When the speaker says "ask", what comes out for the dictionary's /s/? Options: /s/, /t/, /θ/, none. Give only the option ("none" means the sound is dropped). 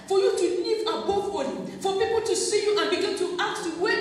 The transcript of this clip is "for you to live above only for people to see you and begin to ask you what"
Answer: none